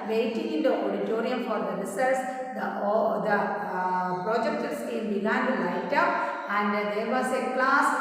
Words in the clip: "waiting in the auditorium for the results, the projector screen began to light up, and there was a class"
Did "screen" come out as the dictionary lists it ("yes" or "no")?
no